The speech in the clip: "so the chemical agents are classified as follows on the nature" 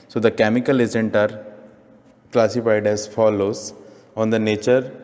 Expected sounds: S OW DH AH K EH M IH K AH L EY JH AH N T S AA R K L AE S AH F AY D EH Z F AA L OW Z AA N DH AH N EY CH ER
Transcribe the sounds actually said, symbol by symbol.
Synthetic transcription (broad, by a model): S OW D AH K EH M IH K AH L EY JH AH N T AA R K L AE S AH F AY D EH Z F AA L OW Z AA N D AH N EY CH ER